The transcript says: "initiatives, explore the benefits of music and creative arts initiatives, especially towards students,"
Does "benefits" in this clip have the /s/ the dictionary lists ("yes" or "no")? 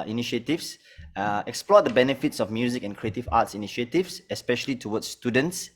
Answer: yes